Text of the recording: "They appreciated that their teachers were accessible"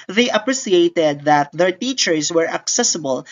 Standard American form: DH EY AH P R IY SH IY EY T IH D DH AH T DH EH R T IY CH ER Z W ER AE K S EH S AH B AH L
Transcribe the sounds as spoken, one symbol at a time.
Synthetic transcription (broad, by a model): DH EY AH P R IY S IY EY T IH D DH AH T DH EH R T IY CH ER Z W ER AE K S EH S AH B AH L